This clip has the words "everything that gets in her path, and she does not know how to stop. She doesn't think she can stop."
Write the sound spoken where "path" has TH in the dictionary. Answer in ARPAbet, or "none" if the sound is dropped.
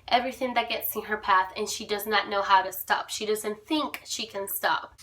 TH